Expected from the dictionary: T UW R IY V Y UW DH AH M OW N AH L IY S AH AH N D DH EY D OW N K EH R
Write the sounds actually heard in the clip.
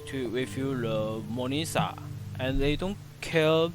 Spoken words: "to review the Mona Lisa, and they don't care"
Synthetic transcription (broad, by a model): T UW W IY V Y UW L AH M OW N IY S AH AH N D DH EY D OW N K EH